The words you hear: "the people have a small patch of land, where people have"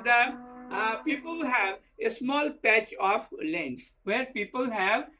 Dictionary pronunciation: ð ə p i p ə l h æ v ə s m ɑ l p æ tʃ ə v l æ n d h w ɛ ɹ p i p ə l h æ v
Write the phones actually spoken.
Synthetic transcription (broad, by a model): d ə p i p ə l h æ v ə s m ɑ l p æ tʃ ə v l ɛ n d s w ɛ ɹ p i p ə l h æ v